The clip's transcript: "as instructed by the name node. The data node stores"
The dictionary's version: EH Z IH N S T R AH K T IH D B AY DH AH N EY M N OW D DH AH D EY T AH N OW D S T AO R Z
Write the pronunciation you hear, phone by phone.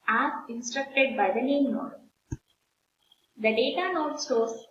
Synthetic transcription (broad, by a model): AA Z IH N S T R AH K T IH D B AY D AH N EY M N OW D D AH D EY T AH N OW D S T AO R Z